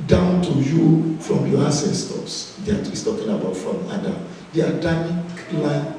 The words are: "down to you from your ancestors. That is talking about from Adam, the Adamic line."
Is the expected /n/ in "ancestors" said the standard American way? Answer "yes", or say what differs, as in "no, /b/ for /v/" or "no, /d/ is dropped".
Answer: no, /n/ is dropped